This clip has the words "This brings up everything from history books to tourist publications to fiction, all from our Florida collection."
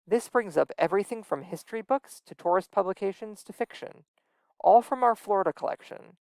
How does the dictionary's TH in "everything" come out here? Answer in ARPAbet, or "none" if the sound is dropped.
TH